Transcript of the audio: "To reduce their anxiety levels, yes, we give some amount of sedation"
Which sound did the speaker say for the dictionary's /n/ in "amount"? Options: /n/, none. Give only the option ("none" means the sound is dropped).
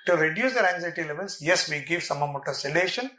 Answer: none